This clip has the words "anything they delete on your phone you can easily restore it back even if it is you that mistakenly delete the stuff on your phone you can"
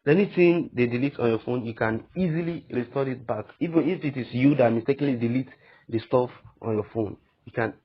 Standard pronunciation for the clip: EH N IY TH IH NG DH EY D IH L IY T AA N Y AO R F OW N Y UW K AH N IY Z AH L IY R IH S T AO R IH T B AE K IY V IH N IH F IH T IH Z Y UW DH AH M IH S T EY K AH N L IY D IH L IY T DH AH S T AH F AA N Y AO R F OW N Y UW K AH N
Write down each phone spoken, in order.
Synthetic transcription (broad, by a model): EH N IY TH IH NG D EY D IH L IY T AA N Y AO F OW N Y UW K AH N IY Z AH L IY R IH S T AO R IH T B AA K IY V IH N IH F IH T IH S Y UW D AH M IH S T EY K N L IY D IH L IY T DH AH S T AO F AA N Y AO F OW N Y UW K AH N